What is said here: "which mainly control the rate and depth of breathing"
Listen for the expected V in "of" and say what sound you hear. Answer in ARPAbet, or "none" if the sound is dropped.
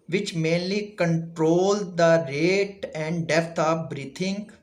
P